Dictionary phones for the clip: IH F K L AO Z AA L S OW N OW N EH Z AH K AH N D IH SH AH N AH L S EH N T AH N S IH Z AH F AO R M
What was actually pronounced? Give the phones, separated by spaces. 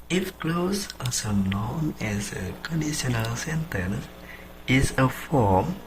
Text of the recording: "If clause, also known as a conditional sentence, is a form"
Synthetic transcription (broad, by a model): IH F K L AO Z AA S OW N OW N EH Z AH K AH N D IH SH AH N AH L S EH N T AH N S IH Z AH F AO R M